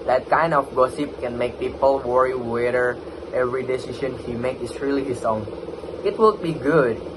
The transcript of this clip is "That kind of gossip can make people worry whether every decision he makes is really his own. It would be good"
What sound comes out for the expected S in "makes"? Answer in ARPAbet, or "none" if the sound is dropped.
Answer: none